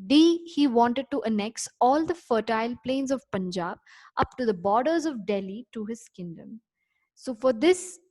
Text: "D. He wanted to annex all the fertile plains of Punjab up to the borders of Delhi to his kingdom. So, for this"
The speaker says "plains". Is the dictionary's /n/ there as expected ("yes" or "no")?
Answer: yes